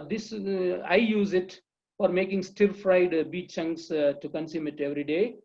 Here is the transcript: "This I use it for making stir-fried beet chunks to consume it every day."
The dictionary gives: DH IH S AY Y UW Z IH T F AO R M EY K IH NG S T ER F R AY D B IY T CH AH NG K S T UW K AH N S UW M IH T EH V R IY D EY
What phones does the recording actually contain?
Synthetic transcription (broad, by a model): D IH S AY Y UW Z IH T F AO R M EY K IH NG S T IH F R AY D B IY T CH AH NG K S T UW K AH N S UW M IH T EH V R IY D EY